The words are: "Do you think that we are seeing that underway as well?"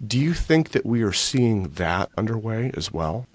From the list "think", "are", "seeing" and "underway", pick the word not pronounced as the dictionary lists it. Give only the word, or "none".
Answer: none